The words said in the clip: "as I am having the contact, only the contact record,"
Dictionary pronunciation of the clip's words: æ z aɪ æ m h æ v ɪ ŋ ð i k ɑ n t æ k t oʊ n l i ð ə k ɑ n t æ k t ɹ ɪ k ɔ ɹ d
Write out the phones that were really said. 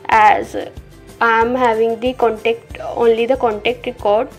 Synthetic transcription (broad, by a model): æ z aɪ m h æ v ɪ ŋ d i k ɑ n t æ k t oʊ n l i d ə k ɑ n t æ k t ɹ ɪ k ɔ ɹ d